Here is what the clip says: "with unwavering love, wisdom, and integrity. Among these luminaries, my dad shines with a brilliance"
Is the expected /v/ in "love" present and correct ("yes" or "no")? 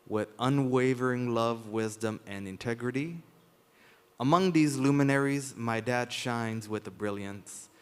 yes